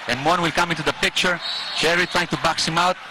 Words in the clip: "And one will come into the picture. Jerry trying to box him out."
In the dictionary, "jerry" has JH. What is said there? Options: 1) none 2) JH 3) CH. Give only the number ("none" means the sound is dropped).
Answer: 3